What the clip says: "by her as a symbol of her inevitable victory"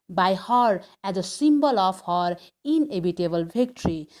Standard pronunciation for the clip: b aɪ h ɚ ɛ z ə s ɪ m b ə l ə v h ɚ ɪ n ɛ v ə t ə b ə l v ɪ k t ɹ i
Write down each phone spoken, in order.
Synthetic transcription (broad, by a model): b aɪ h ɚ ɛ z ə s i m b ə l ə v h ɚ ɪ n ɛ b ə t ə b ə l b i k t ɹ i